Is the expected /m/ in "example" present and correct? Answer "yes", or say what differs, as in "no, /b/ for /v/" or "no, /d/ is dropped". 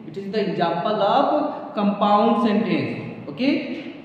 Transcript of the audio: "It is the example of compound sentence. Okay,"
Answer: no, /m/ is dropped